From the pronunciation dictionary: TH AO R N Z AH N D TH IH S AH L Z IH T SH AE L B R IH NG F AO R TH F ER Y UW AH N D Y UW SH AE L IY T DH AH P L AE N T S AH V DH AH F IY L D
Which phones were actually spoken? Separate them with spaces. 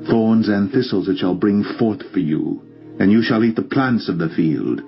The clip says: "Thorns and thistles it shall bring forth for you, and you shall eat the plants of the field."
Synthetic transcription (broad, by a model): TH AO R N Z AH N TH IH S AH L Z IH T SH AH L B R IH NG F AO R TH F ER Y UW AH N Y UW SH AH L IY T DH AH P L AE N T S AH V DH AH F IY L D